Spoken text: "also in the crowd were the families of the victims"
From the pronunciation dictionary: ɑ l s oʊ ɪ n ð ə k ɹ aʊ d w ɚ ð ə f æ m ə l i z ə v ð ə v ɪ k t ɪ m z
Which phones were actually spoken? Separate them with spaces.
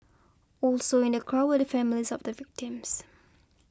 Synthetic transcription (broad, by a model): ɑ l s oʊ ɪ n ð ə k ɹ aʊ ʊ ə f æ m ə l i z ə v ð ə v ɪ k t ɪ m z